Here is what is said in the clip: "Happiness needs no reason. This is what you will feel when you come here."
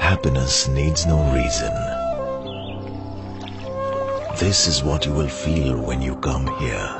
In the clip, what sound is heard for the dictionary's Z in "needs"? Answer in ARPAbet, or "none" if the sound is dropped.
Z